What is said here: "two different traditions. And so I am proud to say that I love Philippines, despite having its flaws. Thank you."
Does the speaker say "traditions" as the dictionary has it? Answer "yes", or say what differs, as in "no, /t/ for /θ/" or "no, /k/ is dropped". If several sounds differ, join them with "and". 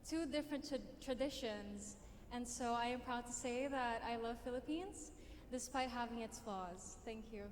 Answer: yes